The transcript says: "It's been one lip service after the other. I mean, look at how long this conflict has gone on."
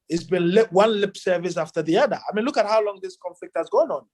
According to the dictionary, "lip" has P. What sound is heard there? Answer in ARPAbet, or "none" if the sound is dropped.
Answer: P